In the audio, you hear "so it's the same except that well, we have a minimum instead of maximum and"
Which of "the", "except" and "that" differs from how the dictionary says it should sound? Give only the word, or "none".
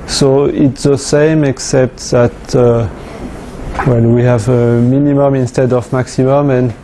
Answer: none